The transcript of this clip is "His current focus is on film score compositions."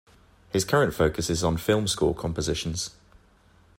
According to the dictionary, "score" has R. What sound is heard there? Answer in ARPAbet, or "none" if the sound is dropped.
L